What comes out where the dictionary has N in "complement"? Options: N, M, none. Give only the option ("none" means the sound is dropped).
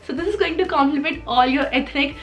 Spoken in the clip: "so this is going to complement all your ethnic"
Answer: none